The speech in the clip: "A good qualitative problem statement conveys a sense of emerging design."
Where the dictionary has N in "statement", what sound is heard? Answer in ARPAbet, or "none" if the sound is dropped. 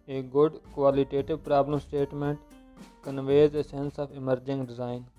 N